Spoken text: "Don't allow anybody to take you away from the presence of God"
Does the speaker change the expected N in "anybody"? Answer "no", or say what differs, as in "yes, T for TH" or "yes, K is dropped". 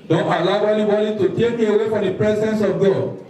yes, L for N